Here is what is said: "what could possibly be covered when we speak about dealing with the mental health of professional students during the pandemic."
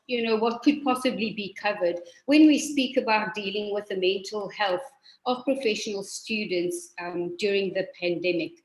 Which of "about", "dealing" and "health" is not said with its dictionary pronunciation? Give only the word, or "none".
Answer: none